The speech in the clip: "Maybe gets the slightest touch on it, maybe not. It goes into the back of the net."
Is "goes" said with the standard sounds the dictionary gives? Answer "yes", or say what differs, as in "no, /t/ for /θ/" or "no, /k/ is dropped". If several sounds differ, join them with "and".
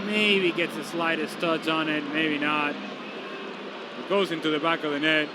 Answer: yes